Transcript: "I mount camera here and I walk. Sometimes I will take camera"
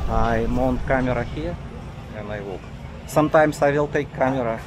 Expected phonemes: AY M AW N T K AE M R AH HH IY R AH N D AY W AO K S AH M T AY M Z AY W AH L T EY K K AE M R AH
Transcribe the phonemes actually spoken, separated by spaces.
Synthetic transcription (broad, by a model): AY M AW N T K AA M R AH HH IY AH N AY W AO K S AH M T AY M S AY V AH L T EY K K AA M R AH